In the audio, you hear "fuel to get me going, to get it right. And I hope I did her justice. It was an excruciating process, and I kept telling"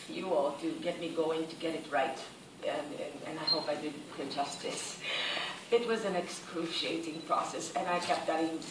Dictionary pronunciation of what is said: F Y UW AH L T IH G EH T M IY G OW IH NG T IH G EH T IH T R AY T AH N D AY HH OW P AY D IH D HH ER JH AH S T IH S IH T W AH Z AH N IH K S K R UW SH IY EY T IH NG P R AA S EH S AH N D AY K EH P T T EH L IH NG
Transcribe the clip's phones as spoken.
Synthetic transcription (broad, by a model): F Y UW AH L T IH G EH T M IY G OW IH NG T IH G EH T IH T R AY T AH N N AY HH OW P AY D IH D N JH AH S T IH S IH T W AH Z AH N IH K S K R UW SH IY EY T IH NG P R AA S EH S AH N AY K EH P T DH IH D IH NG